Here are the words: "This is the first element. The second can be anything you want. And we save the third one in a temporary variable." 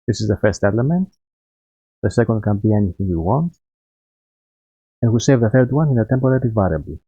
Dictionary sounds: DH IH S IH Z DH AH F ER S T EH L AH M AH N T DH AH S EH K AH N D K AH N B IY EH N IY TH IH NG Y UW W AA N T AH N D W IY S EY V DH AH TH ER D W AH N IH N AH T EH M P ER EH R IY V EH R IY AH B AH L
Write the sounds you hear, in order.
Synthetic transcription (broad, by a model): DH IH S IH Z DH AH F ER S T EH L AH M AH N T DH AH S EH K AH N D K AH N B IY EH N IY TH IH NG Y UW W AA N T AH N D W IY S EY V DH AH TH ER D W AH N IH N AH T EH M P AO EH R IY V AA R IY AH B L